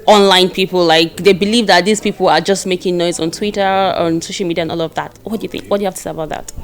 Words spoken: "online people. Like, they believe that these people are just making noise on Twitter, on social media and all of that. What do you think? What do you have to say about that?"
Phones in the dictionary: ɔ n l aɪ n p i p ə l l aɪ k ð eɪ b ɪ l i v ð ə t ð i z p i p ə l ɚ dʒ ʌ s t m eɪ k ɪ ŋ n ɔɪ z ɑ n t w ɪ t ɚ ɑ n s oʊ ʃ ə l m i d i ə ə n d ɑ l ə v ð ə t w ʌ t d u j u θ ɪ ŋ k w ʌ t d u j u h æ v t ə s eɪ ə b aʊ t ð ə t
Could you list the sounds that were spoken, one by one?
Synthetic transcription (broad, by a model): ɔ n l aɪ n p i p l l aɪ k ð eɪ b ɪ l i v ð ə t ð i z p i p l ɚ dʒ ʌ s t m eɪ k ɪ ŋ n ɔɪ z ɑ n t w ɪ t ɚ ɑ n s oʊ ʃ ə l m i d i ə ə n ɑ l ə v ð ə t w ʌ t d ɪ j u θ ɪ ŋ k w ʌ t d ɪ j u h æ f t ə s eɪ ə b aʊ t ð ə t